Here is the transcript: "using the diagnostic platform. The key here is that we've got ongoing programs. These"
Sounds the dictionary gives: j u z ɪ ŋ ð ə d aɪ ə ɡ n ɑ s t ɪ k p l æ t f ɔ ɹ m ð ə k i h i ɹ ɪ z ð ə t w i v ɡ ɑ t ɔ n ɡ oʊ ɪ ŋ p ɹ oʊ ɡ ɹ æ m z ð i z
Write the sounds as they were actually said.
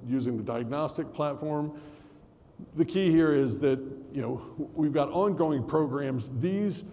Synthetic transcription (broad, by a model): j u z ɪ ŋ ð ə d aɪ ə ɡ n ɑ s t ɪ k p l æ t f ɔ ɹ m ð ə k i h i ɹ ɪ z ð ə t w i v ɡ ɑ t ɔ n ɡ oʊ ɪ ŋ p ɹ oʊ ɡ ɹ æ m z ð i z